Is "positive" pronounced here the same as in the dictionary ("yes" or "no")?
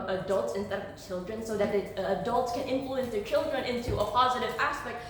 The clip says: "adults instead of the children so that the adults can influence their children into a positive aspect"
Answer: yes